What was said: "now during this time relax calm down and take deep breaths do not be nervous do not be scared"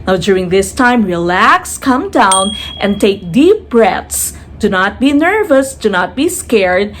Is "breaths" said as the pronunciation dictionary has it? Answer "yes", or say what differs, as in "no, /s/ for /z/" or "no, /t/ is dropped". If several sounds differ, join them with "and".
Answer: no, /t/ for /θ/